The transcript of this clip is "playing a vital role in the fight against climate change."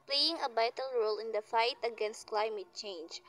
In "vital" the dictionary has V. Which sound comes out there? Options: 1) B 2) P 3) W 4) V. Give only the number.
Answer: 1